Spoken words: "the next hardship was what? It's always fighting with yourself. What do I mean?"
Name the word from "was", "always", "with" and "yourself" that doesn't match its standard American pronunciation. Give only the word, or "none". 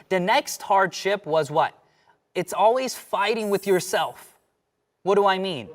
none